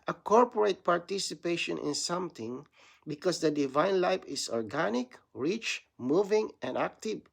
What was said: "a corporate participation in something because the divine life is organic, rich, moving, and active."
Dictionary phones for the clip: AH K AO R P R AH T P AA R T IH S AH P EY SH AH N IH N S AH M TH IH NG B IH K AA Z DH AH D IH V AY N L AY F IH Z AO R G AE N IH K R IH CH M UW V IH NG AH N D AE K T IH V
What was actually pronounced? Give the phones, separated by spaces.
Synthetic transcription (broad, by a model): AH K AO R P R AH T P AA R T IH S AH P EY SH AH N IH N S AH M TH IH NG B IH K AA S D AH D IH V AY N L AY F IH S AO R G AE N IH K R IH CH M UW V IH NG AH N D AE K T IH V